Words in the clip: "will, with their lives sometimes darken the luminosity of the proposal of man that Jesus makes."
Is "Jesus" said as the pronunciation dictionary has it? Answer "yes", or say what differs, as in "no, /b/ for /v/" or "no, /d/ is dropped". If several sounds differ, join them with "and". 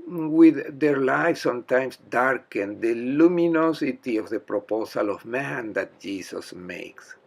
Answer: no, /s/ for /z/